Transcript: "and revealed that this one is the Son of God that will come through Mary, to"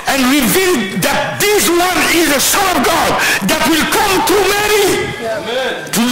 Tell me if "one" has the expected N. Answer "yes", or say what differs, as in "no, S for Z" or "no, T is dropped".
yes